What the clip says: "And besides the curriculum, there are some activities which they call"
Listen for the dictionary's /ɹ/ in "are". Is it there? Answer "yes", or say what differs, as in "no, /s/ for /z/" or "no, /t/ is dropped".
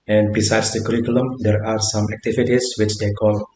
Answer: yes